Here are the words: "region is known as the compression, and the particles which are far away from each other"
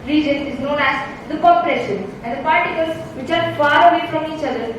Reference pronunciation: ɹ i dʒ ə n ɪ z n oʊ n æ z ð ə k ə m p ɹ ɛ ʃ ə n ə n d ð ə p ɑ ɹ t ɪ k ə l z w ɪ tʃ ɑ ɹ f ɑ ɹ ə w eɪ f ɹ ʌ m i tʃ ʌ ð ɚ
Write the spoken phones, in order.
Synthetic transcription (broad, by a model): ɹ i dʒ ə n ɪ z n oʊ n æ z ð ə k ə p ɹ ɛ ʃ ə n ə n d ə p ɑ ɹ t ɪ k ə l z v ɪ tʃ ɑ ɹ f ɑ ɹ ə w eɪ f ɹ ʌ m i tʃ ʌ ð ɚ